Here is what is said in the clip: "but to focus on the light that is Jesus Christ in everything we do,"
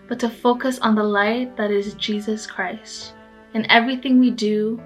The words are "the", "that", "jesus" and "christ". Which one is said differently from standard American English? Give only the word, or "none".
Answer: none